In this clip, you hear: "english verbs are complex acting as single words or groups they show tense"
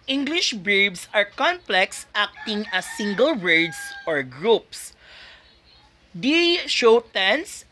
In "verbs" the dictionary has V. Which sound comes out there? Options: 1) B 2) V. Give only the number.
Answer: 1